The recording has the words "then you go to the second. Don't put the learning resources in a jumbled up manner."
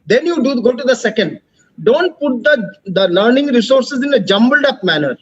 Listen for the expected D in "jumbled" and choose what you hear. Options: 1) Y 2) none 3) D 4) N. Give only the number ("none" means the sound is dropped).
3